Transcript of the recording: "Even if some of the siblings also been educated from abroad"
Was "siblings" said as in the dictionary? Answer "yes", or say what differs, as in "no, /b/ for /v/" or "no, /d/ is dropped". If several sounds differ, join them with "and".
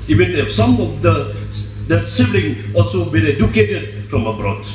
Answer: no, /z/ is dropped